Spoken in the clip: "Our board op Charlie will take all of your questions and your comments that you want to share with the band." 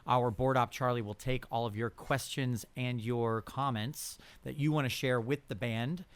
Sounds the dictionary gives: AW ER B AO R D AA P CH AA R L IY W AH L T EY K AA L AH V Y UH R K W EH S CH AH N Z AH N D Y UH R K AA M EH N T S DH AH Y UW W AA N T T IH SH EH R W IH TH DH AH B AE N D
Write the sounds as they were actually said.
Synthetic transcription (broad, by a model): AW ER B AO R D AA P CH AA R L IY W AH L T EY K AA L AH V Y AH R K W EH S CH AH N Z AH N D Y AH R K AA M EH N T S DH AH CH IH W AA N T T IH SH EH R W IH DH AH B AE N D